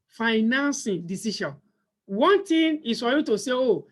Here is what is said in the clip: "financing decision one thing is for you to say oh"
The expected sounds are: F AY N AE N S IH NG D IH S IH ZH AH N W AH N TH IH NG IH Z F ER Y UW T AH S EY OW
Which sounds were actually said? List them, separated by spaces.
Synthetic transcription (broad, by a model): F AY N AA N S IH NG D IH S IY SH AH N W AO N T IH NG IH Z F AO Y UW T AH S EY OW